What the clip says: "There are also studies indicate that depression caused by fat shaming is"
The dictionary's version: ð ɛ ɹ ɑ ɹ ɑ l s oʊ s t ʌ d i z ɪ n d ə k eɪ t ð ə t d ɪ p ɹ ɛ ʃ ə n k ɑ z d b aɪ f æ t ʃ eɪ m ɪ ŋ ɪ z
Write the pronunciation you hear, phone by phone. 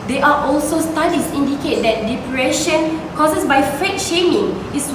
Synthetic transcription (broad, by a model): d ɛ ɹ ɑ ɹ ɑ l s oʊ s t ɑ d i s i n d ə k eɪ t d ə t d ɪ p ɹ ɛ ʃ ə n k ɑ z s b aɪ f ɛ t ʃ eɪ m ɪ ŋ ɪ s